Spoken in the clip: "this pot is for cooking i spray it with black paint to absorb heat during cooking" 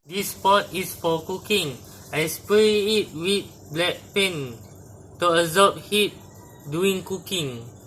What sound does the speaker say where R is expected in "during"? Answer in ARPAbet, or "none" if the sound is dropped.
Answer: none